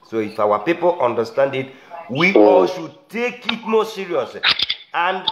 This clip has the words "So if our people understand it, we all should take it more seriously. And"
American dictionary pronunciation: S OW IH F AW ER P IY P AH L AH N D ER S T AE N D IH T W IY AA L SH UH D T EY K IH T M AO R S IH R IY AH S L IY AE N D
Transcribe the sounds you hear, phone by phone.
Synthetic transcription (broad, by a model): S OW IH F AW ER P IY P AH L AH N D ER S T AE N D IH T W IY AA L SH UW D T EY K IH T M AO S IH R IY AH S IY N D